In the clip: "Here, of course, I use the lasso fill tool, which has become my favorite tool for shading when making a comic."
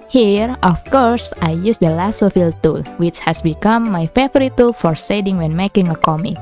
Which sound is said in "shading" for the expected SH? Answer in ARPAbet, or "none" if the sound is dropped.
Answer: S